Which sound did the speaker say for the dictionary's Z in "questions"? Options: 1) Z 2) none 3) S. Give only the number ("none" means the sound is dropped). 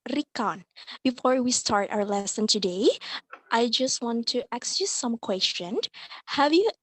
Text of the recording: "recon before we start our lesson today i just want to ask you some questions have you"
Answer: 2